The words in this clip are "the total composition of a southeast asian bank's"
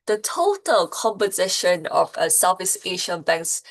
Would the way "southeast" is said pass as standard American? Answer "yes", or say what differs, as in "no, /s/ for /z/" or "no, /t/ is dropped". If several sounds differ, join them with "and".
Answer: no, /t/ is dropped